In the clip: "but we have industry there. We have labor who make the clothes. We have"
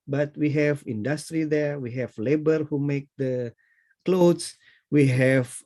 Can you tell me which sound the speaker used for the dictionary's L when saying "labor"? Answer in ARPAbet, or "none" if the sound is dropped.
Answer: L